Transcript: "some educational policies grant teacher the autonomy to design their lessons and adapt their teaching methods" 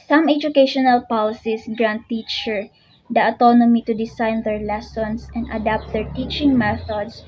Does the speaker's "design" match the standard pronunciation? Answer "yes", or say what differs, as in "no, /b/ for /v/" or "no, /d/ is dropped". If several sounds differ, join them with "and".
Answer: no, /s/ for /z/